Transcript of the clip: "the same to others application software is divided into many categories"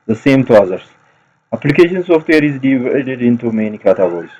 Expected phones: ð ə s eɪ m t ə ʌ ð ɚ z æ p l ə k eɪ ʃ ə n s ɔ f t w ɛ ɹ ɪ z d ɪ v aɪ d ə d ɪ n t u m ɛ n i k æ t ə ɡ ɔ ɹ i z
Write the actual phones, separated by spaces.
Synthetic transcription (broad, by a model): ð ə s eɪ m t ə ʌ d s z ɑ p l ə k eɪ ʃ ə n s ɔ f t w ɛ ɹ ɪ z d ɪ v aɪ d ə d ɪ n t u m ɛ n i k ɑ t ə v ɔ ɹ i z